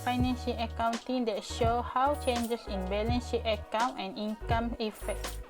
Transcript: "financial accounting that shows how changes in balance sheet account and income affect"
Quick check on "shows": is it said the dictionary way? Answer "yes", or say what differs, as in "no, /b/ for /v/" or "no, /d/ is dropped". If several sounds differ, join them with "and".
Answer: no, /z/ is dropped